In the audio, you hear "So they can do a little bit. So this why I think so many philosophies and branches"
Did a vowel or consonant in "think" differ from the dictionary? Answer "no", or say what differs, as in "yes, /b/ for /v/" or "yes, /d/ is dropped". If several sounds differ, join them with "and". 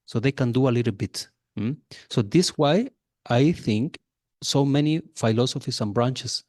no